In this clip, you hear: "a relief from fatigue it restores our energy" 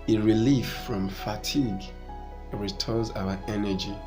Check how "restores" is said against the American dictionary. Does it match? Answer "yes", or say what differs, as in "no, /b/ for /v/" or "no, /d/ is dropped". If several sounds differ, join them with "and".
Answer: no, /s/ is dropped